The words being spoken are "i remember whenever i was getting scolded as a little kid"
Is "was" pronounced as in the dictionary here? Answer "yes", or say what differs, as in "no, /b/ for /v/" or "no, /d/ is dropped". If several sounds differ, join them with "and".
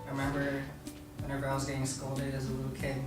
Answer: yes